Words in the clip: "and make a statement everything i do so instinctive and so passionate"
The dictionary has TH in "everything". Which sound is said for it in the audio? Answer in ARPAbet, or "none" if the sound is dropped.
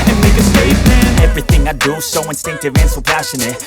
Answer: TH